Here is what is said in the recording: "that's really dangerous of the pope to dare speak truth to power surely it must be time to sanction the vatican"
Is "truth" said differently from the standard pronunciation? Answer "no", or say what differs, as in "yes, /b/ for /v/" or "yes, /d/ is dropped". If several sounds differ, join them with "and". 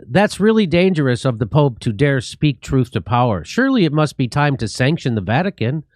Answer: no